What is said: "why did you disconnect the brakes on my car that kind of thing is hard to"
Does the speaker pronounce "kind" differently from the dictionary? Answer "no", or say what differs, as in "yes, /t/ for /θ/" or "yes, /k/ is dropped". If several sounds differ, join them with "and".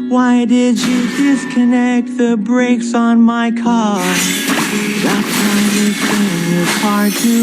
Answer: yes, /d/ is dropped